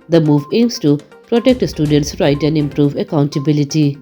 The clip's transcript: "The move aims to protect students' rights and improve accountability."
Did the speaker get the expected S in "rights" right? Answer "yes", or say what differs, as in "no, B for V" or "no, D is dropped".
no, S is dropped